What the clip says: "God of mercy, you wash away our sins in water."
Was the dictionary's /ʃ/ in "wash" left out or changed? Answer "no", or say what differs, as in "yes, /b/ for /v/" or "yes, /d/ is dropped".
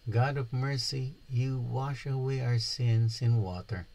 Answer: no